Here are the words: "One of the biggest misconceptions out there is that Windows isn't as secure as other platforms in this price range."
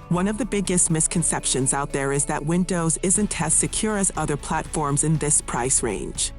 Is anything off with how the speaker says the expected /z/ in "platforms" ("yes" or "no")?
no